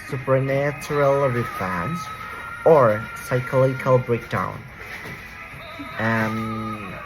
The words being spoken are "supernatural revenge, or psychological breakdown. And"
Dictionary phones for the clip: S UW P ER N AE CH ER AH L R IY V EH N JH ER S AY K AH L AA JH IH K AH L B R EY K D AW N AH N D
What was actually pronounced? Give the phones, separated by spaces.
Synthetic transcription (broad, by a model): S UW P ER N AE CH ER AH L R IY F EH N Z ER S AY K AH L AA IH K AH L B R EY K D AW AH N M